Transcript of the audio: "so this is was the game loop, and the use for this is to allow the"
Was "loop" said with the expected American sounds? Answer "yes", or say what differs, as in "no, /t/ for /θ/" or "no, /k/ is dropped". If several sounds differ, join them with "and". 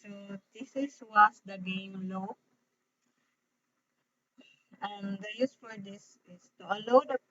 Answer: no, /p/ is dropped